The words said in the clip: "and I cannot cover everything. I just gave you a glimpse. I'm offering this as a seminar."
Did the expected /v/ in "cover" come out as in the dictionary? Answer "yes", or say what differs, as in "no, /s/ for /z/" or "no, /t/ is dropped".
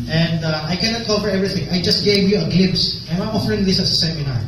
no, /f/ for /v/